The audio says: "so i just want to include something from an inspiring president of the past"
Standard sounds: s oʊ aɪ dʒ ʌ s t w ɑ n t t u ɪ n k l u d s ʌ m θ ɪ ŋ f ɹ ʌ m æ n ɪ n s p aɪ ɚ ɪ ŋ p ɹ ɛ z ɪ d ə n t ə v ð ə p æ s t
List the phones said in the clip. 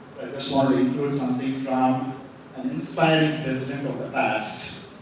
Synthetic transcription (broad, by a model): s oʊ aɪ dʒ ʌ s t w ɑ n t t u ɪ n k l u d s ʌ m t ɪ ŋ f ɹ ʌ m æ n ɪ n s p aɪ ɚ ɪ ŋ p ɹ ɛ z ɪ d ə n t ə v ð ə p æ s t